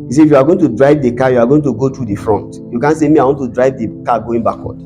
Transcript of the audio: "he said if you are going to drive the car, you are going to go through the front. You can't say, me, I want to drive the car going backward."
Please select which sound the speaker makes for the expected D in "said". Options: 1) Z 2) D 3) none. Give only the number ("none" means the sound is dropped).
3